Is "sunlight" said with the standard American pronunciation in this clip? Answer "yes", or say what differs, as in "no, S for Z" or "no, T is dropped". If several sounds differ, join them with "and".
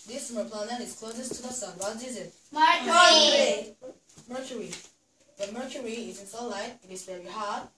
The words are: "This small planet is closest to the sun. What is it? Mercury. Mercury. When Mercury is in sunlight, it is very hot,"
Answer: no, N is dropped